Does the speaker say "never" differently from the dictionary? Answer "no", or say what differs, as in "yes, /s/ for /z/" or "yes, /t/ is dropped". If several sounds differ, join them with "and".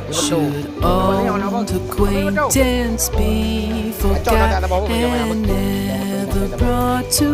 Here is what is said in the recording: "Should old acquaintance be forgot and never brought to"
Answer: no